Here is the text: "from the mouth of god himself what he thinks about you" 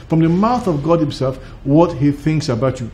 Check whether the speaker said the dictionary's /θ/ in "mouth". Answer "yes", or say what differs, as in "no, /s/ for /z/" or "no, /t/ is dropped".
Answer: yes